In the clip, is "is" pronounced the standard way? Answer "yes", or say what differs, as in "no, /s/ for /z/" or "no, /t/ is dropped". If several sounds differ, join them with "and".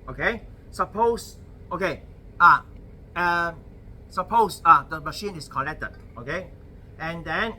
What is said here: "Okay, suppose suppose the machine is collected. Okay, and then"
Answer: no, /s/ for /z/